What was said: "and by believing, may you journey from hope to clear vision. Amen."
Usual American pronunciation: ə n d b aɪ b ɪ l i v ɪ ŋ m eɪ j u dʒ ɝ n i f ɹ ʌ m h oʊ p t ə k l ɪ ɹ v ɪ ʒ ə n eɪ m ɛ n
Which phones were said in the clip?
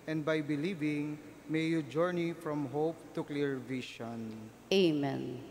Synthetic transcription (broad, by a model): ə n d b aɪ b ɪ l i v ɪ ŋ m eɪ j u dʒ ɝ n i f ɹ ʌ m h oʊ p t ə k l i ɹ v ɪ ʃ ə n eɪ m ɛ n